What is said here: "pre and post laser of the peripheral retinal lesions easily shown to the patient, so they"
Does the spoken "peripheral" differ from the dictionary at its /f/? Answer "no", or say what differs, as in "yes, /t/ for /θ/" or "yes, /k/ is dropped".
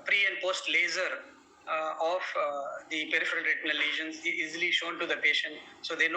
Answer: no